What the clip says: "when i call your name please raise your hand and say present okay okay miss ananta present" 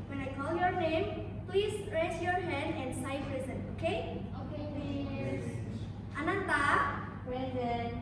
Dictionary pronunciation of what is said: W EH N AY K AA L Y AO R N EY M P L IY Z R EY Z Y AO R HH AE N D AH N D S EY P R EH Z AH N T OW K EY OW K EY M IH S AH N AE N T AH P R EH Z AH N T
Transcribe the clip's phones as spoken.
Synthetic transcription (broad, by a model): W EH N AY K AA L Y AO R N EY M P L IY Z R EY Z Y AO R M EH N AH N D S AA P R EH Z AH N OW K EY OW K EY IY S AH N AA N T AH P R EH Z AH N